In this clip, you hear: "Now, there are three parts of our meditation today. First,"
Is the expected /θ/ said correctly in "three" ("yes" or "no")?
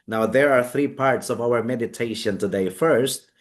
yes